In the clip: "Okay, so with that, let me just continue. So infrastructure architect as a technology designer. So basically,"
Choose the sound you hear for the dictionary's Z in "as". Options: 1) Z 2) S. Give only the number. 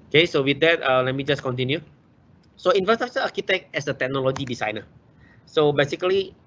2